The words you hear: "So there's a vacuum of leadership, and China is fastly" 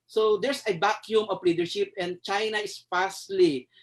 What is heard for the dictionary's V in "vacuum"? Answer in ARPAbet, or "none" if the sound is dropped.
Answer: B